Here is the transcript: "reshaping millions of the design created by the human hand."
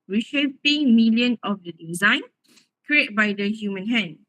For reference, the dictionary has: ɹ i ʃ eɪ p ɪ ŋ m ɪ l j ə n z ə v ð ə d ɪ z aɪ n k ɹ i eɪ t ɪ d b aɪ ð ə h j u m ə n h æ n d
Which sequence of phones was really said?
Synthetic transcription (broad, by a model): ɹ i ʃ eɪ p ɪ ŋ m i l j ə n ə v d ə d ɪ z aɪ n k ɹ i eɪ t b aɪ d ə h j u m ə n h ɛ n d